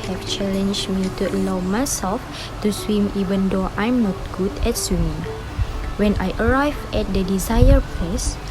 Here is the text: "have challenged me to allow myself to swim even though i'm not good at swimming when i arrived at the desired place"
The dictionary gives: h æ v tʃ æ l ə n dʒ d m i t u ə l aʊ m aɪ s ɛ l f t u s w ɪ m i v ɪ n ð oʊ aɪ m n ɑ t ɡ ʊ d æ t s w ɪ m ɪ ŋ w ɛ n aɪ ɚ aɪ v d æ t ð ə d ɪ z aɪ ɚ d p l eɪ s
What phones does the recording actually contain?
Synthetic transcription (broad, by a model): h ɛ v tʃ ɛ l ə n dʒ m i t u ə l aʊ m aɪ s ɛ l f t u s w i m i v ɪ n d oʊ aɪ m n ɑ t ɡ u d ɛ t s w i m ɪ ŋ w ɛ n aɪ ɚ aɪ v ɛ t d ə d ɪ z aɪ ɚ p l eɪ s